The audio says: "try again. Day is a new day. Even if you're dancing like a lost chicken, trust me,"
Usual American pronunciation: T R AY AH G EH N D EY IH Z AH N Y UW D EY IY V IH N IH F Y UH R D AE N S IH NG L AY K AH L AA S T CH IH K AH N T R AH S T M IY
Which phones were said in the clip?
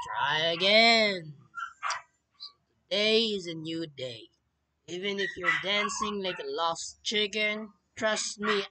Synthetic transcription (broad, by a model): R AY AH G EH N D EY IH Z AH N Y UW D EY IY V IH N IH F Y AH R D AE N S IH NG L AY K AH L AA S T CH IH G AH N T R AH S T M IY